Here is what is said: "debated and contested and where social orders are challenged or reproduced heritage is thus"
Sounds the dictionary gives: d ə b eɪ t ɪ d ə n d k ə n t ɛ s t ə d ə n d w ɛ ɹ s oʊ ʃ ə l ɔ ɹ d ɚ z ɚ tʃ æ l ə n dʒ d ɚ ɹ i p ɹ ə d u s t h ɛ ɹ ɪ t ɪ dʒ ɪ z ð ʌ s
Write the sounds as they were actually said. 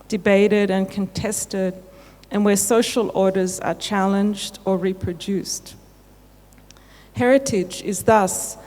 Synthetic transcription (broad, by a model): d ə b eɪ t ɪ d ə n k ə n t ɛ s t ə d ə n w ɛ s oʊ ʃ ə l ɔ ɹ d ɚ z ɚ tʃ æ l ə n dʒ d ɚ ɹ i p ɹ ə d u s t h ɛ ɹ ɪ t ɪ dʒ ɪ z ð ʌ s